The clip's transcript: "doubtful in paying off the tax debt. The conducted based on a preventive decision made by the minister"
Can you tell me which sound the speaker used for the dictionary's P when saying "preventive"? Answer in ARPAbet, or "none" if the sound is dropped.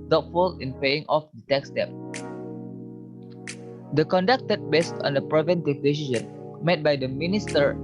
P